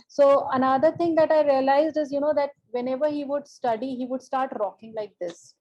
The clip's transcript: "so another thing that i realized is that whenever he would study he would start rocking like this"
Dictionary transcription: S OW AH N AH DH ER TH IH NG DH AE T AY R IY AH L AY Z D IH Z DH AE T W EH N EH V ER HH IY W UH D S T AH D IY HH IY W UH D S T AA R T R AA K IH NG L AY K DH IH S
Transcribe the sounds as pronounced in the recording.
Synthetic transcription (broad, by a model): S OW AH N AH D ER T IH NG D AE T AY R IY AH L AY Z D IH Z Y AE T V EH N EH V ER HH IY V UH D S T AH D IY HH IY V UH D S T AA R T R AA K IH NG L AY K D IH S